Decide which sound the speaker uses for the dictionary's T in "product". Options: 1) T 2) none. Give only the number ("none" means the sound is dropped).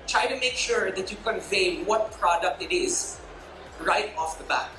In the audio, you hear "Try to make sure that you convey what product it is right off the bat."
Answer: 1